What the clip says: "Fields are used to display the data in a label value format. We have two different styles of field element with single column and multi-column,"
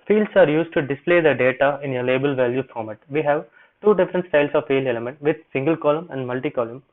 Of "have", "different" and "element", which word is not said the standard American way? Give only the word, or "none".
none